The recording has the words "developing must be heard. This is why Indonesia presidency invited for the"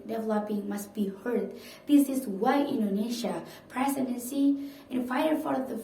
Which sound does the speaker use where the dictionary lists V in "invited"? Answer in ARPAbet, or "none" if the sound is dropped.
F